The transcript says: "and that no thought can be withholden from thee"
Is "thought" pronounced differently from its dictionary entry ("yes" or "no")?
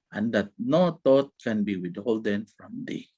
yes